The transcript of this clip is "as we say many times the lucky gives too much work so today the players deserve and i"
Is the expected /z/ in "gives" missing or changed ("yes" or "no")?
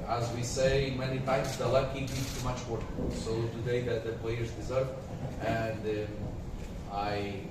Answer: yes